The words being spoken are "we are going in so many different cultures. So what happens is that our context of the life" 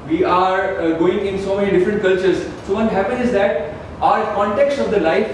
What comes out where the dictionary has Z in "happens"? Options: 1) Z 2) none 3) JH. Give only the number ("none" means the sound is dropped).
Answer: 2